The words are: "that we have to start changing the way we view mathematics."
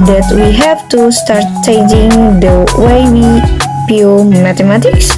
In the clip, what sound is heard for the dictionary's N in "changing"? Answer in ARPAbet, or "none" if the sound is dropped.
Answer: none